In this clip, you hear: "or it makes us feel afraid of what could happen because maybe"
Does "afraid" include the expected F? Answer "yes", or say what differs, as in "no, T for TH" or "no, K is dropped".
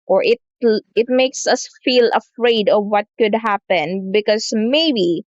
yes